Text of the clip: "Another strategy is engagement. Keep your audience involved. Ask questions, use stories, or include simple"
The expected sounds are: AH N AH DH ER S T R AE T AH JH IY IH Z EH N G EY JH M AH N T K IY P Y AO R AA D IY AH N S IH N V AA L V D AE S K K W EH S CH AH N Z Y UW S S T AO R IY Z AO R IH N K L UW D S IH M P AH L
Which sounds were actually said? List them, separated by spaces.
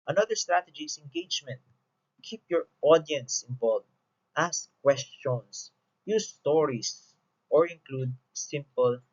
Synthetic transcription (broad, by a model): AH N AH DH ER S T R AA T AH JH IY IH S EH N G EY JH M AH N T K IY P Y AO R AA D IY AH N S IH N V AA L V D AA S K K W EH S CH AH N S Y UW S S T AO R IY S AO R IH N K L UW D S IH M P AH L